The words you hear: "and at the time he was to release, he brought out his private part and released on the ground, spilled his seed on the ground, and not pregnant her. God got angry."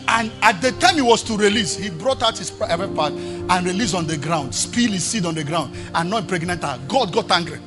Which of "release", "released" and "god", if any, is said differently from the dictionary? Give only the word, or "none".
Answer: released